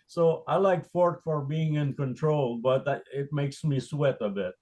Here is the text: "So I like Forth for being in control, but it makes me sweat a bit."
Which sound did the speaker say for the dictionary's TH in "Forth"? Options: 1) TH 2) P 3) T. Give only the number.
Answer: 3